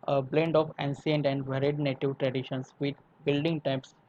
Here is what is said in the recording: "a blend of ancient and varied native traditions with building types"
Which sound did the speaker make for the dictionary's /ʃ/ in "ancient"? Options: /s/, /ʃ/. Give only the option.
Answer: /s/